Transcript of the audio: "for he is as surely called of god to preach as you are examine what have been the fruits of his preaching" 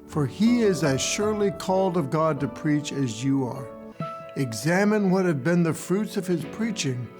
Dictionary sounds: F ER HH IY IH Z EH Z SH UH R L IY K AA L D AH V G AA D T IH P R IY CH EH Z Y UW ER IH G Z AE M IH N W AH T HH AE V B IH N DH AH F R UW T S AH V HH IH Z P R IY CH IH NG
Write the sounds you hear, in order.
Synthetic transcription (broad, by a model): F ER IY IH Z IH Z SH UH R L IY K AA L D AH V G AA D T IH P R IY CH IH Z Y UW ER IH G Z AE M IH N W AH T HH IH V B IH N DH AH F R UW T S AH V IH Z P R IY CH IH NG